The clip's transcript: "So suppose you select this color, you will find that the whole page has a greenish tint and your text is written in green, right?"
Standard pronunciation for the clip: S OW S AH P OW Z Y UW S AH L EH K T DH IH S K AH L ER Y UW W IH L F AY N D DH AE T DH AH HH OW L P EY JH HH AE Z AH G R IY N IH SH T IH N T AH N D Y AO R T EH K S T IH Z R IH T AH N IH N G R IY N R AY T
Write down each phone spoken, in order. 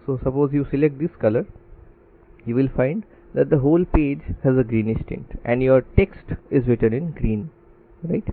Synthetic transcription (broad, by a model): S OW S AH P OW Z Y UW S AH L EH K T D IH S K AH L ER Y UW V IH L F AY N D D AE T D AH HH OW L P EY JH HH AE Z AH G R IY N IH S T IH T T AH N D Y AO R T EH K S T IH Z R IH T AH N IH N G R IY N R AY T